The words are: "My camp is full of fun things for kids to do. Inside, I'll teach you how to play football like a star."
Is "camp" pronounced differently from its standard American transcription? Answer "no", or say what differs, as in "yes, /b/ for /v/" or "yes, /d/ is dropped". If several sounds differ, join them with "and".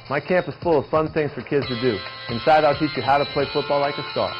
no